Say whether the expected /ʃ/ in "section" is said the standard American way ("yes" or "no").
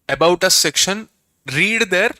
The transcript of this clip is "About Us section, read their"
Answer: yes